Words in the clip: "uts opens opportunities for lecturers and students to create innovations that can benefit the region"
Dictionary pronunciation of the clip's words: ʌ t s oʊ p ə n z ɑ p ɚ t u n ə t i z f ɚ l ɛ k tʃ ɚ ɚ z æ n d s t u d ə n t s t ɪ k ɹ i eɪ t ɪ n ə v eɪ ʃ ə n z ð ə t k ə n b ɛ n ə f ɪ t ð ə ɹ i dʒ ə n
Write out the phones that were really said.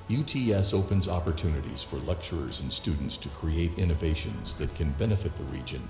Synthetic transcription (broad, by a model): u t s oʊ p ə n z ɑ p ɚ t u n ə t i z f ɚ l ɛ k tʃ ɚ ɚ z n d s t u d n t s t ɪ k ɹ i eɪ t ɪ n ə v eɪ ʃ ə n z ð ə t k ə n b ɛ n ə f ɪ t ð ə ɹ i dʒ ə n